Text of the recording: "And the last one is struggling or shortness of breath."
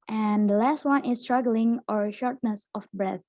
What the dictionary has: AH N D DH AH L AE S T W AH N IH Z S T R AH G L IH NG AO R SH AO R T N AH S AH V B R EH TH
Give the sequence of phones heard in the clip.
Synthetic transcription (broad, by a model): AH N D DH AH L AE S T W AH N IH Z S T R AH G L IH NG AO R SH AO R T N AH S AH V B R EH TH